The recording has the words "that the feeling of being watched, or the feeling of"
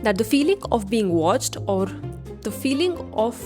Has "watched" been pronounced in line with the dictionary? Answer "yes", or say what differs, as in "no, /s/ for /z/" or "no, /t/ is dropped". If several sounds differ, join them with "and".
yes